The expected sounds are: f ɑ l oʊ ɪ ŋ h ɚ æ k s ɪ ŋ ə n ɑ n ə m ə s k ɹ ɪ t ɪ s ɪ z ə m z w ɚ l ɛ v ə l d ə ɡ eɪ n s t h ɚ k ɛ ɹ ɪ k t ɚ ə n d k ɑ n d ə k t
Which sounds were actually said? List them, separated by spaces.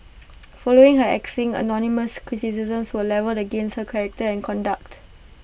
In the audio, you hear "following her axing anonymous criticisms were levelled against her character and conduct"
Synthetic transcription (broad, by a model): f ɑ l oʊ ɪ ŋ h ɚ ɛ k s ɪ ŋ ə n ɑ n ə m ə s k ɹ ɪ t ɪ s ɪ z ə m s w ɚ l ɛ v ə l ə ɡ eɪ n s t h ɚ k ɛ ɹ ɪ k t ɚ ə n k ɑ n d ə k t